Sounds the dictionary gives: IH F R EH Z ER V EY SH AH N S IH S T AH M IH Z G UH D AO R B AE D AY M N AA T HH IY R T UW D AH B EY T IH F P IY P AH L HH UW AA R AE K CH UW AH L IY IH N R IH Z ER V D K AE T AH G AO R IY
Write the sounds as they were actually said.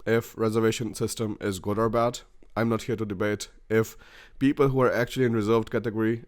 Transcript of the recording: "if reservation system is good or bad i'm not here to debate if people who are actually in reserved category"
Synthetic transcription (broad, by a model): IH F R EH Z ER V EY SH AH N S IH S T AH M IH Z G UH D AO R B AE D AY M N AA T HH IY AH T UW D AH B EY T IH F P IY P AH L HH UW AA R AE K CH UW AH L IY IH N R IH Z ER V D K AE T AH G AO R IY